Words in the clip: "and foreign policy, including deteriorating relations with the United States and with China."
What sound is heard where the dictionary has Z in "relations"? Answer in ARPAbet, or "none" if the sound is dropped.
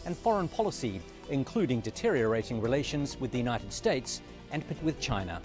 Z